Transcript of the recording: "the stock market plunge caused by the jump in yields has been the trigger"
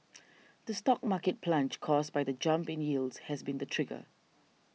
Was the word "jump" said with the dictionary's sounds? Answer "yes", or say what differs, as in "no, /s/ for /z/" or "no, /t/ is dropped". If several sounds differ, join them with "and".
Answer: yes